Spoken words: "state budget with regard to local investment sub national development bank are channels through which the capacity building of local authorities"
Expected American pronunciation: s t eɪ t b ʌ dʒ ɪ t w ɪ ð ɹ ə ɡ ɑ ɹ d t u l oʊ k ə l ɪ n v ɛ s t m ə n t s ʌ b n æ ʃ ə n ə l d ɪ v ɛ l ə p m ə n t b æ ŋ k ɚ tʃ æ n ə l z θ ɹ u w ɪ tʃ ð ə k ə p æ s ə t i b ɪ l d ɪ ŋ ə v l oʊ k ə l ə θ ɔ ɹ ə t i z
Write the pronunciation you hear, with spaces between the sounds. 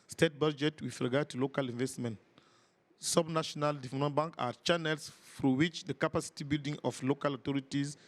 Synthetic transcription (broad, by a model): s t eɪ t b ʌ dʒ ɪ t w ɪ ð ɹ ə ɡ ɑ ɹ d t u l oʊ k ə l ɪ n v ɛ s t m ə n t s ʌ b n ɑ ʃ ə n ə l d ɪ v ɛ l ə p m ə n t b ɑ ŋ k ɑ tʃ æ n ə l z f ɹ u w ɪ tʃ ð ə k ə p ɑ s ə t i b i l d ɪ ŋ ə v l oʊ k ə l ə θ ɔ ɹ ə t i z